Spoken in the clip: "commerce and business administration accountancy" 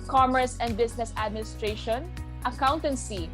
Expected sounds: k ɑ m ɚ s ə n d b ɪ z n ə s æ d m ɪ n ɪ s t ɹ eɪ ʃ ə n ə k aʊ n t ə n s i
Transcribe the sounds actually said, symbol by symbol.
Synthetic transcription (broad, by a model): k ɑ m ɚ s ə n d b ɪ s n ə s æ d m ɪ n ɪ s t ɹ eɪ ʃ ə n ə k aʊ n t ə n s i